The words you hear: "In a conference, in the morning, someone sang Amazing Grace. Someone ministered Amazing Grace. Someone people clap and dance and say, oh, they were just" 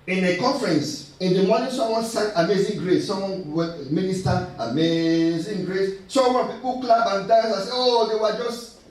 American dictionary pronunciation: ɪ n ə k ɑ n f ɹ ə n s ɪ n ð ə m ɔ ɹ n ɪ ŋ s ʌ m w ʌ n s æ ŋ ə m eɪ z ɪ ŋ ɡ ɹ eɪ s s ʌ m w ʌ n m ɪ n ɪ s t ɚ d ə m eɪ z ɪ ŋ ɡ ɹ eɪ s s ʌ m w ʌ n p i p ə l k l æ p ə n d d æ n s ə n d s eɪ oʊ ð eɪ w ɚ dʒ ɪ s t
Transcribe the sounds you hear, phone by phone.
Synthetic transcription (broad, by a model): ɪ n ə k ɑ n f ɹ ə n s ɪ n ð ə m ɔ n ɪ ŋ s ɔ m w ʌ n s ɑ ə m eɪ z ɪ ŋ ɡ ɹ eɪ s s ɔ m w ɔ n m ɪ n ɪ s t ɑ ə m eɪ z ɪ ŋ ɡ ɹ eɪ s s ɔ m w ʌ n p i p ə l k l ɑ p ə n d d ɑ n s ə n s eɪ oʊ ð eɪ w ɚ dʒ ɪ s t